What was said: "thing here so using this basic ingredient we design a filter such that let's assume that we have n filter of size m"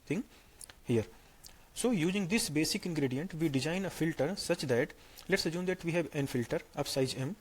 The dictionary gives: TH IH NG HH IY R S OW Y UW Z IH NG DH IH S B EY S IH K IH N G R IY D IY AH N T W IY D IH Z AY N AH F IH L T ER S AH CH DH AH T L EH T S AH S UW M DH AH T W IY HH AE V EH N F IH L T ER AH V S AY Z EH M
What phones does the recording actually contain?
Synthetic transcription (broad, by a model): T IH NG HH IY R S OW Y UW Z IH NG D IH S B EY S IH K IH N G R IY D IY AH N T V IY D IH Z AY N AH F IH L T ER S AH CH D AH T L EH T S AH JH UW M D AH T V IY HH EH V EH N F IH L T ER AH P S AY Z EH M